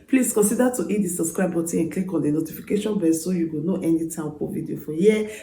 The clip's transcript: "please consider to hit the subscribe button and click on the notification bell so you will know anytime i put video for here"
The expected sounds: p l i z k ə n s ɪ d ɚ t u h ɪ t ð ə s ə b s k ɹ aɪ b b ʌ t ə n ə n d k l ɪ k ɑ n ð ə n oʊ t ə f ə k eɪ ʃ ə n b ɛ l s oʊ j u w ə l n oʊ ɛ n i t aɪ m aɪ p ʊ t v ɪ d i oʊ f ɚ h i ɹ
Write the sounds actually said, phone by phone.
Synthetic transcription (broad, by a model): p l i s k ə n s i d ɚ t u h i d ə s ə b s k ɹ aɪ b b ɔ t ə ə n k l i k ɑ n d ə n oʊ t ə f ə k eɪ ʃ ə n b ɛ s oʊ j u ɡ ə n oʊ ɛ n i t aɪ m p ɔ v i d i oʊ f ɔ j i